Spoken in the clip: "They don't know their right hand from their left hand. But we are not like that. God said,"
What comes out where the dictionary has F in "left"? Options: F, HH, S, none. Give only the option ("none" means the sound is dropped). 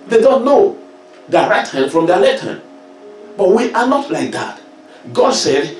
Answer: none